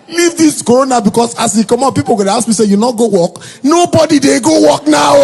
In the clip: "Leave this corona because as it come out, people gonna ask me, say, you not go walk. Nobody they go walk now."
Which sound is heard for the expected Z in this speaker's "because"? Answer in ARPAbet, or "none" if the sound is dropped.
S